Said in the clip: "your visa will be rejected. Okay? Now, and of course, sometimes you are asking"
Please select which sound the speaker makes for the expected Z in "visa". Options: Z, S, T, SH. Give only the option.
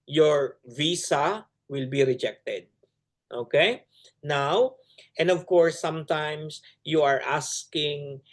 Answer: S